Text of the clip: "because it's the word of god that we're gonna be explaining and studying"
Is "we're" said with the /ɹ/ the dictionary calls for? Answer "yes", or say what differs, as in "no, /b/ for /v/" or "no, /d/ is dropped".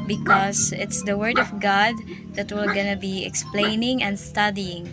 no, /l/ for /ɹ/